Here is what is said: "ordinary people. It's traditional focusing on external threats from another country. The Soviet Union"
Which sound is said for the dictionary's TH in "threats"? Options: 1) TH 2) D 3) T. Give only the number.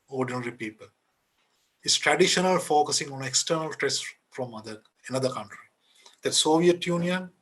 3